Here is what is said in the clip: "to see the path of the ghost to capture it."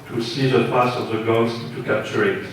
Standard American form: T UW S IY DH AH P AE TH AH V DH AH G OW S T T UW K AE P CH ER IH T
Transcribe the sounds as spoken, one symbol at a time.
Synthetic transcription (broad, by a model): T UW S IY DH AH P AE S AH V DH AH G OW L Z T UW K AE P CH ER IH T